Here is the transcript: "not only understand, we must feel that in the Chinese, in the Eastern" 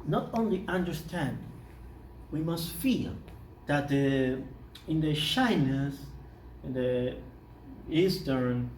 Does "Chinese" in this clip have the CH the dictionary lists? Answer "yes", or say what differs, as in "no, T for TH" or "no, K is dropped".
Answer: no, SH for CH